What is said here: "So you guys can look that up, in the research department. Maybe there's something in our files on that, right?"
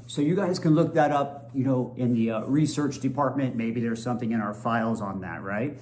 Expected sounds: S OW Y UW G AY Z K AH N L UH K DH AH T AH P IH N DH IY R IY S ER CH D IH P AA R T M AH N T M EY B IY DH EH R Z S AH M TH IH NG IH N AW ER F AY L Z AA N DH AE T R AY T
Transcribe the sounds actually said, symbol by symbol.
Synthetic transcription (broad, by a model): S OW Y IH G AY Z K AH N L UH K DH AH T AH P IH N DH IY R IY S ER CH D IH P AA R T M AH N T M EY B IY DH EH R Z S AH M TH IH NG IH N AW ER F AY L Z N DH AE T R AY T